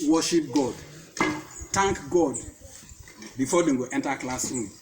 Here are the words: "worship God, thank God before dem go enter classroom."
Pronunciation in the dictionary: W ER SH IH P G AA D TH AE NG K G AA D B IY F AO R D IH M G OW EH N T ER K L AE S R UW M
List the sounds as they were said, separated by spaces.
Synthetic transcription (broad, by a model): W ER SH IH P G AA D T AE NG K G AA D B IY F AO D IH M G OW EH N T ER K L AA S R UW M